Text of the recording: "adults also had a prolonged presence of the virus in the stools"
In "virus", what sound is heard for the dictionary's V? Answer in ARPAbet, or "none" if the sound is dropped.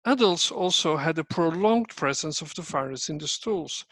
F